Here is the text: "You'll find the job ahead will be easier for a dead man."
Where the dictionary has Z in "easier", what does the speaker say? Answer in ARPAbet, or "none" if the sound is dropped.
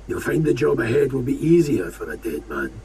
Z